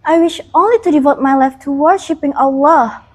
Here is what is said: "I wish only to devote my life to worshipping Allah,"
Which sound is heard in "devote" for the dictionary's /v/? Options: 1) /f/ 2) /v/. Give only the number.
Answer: 2